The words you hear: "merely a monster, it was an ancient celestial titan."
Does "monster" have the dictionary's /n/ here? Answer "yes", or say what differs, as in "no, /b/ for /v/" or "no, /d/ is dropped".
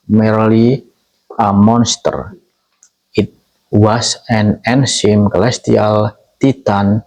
yes